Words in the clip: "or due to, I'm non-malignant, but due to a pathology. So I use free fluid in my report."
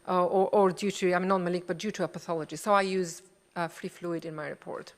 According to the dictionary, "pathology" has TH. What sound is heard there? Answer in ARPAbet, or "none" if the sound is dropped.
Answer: TH